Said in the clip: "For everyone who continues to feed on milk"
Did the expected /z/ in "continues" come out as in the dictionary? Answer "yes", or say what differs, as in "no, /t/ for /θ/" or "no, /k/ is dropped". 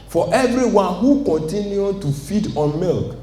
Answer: no, /z/ is dropped